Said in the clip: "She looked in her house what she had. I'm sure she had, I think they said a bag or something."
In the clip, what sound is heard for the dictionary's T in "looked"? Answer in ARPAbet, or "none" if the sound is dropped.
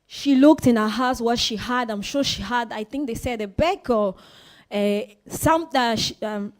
T